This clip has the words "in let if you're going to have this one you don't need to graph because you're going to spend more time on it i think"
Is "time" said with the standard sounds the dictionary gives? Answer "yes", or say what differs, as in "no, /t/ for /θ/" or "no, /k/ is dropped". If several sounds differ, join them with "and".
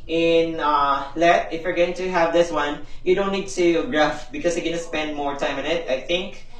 yes